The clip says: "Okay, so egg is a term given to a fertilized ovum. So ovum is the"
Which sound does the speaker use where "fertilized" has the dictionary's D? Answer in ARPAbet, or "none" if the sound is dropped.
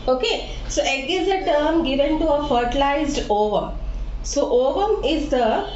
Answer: D